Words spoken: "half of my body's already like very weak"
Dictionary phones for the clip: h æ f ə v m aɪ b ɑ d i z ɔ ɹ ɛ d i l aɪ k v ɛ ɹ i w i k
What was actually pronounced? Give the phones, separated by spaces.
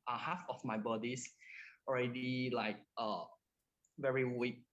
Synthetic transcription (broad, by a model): h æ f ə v m aɪ b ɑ d i s ɔ ɹ ɛ d i l aɪ k v ɛ ɹ i w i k